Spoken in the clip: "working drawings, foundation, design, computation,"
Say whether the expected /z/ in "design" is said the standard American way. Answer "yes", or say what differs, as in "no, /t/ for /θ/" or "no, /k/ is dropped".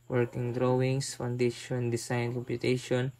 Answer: no, /s/ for /z/